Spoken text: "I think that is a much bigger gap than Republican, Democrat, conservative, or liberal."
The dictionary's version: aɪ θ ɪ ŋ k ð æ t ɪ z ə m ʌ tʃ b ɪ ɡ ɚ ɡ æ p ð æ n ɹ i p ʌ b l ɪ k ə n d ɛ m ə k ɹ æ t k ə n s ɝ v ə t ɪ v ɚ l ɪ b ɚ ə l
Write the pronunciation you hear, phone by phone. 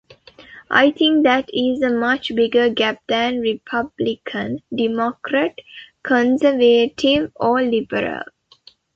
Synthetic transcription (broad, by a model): aɪ t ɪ ŋ k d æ t ɪ z ə m ʌ tʃ b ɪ ɡ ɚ ɡ æ p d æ n ɹ i p ʌ b l ɪ k ə n d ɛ m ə k ɹ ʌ t k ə n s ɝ v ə t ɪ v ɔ l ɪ b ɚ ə l